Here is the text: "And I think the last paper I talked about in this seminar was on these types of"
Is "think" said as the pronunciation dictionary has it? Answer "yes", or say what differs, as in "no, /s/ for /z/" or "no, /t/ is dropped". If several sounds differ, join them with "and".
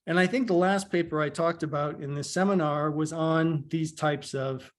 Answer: yes